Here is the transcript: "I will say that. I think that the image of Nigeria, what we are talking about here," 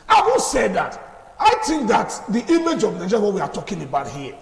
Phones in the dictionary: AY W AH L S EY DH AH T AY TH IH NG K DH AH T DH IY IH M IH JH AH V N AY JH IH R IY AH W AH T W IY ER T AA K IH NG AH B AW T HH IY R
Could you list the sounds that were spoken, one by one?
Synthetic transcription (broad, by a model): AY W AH N S EY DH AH T AY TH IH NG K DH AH T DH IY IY M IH JH AH V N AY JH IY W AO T W IY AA T AA K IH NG AH B AW T HH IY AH